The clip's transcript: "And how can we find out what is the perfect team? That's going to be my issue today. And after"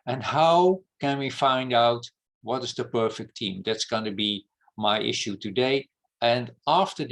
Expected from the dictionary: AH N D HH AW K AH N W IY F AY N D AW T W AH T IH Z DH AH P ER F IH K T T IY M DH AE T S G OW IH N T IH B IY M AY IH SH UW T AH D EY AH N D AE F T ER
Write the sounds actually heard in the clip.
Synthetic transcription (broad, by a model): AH N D HH AW K AH N W IY F AY N D AW T W AH T IH Z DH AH P ER F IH K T T IY M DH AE T S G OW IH N T IH B IY M AY IH SH UW T AH D EY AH N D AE F T ER